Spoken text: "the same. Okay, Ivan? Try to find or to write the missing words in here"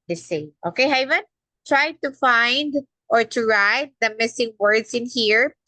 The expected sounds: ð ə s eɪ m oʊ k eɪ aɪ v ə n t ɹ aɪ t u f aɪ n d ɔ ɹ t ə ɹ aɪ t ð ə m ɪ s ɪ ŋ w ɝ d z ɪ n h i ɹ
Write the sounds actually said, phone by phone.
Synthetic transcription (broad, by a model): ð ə s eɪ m oʊ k eɪ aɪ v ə n t ɹ aɪ t u f aɪ n d ɔ ɹ t ə ɹ aɪ t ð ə m ɪ s ɪ ŋ w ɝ d s ɪ n h i ɹ